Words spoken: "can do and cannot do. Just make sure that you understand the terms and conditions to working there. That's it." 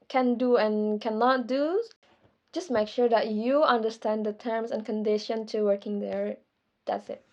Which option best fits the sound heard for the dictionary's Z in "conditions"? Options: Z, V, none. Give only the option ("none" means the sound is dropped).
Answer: none